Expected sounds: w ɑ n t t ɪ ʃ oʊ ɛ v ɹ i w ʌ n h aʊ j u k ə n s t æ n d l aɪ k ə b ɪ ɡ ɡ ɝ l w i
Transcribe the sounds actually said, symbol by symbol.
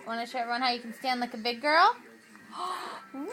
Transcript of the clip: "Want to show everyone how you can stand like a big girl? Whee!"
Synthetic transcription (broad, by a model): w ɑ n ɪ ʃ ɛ ɹ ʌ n h aʊ j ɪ k n s t æ n d l aɪ k ə b ɪ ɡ ɡ ɝ l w